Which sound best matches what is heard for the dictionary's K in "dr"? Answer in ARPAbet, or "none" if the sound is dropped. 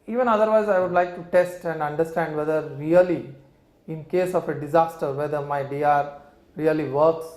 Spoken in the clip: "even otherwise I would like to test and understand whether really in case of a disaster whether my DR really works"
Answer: none